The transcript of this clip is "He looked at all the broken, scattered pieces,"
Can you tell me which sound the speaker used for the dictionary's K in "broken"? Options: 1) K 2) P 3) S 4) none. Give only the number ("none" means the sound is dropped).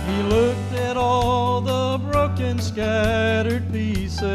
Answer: 1